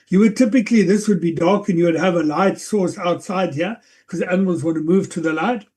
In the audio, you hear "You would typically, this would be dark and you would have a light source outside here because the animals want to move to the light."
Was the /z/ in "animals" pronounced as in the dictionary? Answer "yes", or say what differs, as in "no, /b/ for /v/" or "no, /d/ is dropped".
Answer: yes